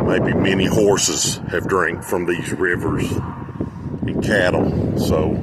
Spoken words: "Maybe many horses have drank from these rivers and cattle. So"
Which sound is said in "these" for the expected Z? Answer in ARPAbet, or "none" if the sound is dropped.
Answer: Z